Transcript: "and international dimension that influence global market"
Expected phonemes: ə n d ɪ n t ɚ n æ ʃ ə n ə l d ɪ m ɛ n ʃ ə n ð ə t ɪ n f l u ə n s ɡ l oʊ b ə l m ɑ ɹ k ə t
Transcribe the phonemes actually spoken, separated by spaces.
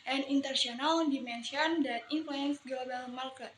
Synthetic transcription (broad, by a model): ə n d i n t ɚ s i ə n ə l d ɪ m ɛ n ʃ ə n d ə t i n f l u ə n s ɡ l oʊ b ə l m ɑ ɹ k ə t